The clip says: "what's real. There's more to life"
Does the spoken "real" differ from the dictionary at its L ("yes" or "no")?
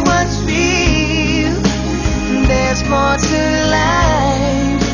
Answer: yes